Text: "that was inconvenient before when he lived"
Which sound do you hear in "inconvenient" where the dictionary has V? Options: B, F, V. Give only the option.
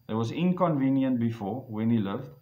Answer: V